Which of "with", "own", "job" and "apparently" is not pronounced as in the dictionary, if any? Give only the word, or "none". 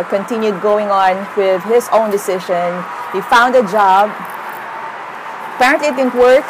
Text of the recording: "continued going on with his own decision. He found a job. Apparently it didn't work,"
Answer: none